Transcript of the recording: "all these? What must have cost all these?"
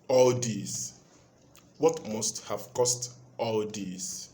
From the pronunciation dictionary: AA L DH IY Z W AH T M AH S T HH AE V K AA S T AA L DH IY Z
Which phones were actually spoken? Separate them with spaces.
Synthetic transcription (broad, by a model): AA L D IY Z W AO T M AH S T HH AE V K AA S T AA L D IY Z